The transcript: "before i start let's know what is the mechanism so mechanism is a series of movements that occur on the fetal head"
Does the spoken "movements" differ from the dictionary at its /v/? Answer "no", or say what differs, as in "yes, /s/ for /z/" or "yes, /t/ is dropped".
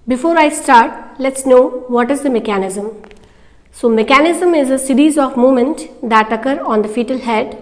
yes, /v/ is dropped